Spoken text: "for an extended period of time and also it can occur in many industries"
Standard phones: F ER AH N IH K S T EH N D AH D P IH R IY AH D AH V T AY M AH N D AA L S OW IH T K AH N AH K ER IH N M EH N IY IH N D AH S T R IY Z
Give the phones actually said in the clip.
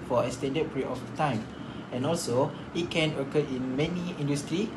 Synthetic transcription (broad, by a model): F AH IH S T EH N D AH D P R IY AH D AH T AY M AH N AA L S OW IH T K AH N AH K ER IH N M EH N IY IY N D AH S T R IY